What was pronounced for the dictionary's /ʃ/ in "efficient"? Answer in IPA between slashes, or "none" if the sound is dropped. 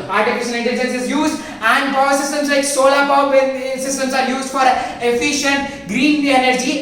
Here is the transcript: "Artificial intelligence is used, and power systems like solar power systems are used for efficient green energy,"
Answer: /ʃ/